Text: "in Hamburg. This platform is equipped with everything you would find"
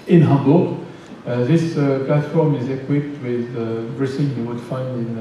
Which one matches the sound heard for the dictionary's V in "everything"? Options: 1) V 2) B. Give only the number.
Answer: 2